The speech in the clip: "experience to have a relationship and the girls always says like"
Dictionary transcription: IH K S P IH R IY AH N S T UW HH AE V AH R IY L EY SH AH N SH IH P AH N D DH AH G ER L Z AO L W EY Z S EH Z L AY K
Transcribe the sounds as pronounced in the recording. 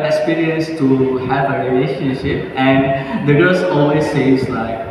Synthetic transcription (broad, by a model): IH K S P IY R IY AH N S T UW HH AE V AH R IY L EY SH AH N SH IH P AH N D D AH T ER Z AO L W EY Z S EH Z L AY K